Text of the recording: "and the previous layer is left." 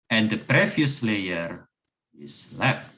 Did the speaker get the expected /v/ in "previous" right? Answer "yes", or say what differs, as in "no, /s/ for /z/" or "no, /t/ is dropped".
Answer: no, /f/ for /v/